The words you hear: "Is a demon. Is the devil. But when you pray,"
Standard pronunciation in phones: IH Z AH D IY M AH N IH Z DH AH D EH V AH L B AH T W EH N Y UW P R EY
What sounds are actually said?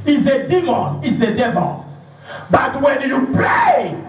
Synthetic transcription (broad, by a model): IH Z AH D IY M AH N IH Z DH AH D EH V AH L B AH T W EH N Y UW P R EY